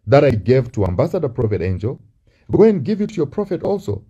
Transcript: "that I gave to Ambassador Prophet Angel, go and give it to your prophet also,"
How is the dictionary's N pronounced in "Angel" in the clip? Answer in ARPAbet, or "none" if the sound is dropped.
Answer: N